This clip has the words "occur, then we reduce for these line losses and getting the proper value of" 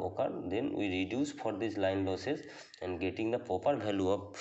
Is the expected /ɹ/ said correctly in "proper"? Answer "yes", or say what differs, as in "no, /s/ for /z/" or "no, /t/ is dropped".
no, /ɹ/ is dropped